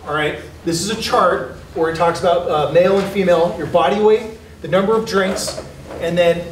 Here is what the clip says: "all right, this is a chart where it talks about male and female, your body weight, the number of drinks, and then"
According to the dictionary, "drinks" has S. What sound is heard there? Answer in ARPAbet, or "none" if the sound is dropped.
S